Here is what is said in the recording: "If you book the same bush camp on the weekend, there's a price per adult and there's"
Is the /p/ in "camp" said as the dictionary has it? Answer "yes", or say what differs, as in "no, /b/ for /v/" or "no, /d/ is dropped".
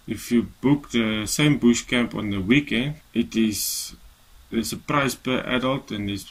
yes